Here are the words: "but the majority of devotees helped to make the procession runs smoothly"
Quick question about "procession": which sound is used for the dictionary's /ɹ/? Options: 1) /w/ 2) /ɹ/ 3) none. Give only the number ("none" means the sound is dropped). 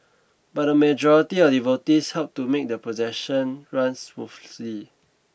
3